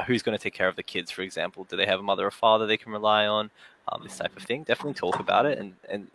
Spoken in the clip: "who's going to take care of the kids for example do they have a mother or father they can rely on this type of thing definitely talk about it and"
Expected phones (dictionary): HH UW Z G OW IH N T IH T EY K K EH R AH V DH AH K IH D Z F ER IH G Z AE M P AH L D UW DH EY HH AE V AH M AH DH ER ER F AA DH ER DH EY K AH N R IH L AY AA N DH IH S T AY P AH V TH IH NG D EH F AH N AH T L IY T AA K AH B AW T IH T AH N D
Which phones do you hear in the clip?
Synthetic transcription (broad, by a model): HH UW Z G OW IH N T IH T EY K K EH R AH V DH AH K IH D Z F ER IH G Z AE M P L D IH DH EY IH V AH M AH DH ER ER F AA DH ER DH EY K N R IH L AY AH N DH IH S T AY P AH V TH IH NG D EH F AH N AH T L IY T AA K AH B AW T IH T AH N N